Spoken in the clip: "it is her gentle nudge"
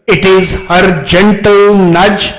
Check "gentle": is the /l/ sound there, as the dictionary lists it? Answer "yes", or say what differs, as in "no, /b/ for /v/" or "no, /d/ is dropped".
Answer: yes